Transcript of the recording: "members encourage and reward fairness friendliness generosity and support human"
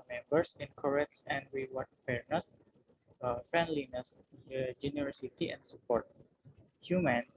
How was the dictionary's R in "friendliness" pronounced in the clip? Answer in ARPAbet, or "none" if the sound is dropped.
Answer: R